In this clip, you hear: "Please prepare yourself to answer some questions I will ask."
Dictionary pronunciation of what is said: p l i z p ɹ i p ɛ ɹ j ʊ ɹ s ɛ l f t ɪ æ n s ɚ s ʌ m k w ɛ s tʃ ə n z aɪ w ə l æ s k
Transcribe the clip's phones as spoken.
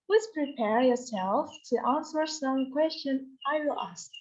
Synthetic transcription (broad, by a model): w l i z p ɹ i p ɛ ɹ j ʊ ɹ s ɛ l f t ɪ æ n s ɚ s ʌ m k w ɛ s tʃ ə n aɪ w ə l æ s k